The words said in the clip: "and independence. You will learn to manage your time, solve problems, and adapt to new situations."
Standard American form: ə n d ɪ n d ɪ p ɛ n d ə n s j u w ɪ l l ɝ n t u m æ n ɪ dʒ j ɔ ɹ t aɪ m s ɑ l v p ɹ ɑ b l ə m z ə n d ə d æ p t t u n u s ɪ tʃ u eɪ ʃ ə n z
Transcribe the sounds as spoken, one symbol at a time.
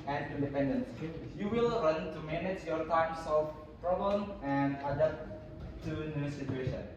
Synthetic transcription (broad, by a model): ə n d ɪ n d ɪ p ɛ n d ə n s j u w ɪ l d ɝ n t u m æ n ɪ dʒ j ɔ ɹ t aɪ m s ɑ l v p ɹ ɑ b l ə m ə n d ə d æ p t t u n u s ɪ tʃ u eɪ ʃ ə n